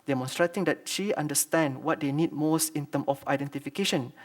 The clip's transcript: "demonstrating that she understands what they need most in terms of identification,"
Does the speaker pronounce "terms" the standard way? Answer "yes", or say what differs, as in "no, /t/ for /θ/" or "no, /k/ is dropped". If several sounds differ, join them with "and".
no, /z/ is dropped